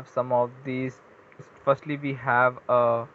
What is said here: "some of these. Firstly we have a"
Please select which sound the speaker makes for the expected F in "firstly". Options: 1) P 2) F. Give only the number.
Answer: 2